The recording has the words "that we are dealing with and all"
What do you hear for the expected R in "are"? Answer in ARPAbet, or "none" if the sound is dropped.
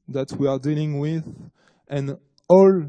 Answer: R